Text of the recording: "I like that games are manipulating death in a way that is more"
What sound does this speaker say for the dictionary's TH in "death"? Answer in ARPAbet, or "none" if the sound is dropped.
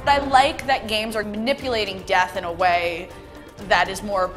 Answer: TH